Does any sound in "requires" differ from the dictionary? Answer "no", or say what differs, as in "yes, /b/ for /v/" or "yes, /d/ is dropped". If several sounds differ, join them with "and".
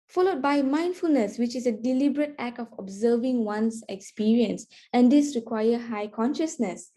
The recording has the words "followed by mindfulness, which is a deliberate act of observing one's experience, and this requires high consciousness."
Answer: yes, /z/ is dropped